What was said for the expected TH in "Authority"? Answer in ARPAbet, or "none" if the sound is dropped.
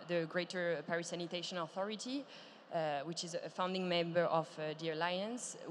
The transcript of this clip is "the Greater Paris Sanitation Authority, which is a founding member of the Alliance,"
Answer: TH